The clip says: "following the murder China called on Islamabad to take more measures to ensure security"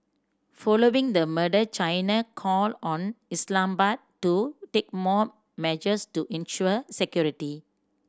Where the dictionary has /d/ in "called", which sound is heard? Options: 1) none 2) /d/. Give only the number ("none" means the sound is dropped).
1